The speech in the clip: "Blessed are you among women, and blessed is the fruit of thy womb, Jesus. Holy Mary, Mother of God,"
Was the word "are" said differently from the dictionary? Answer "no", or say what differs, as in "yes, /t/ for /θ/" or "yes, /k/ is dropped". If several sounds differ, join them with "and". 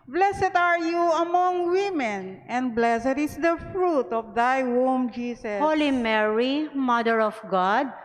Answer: no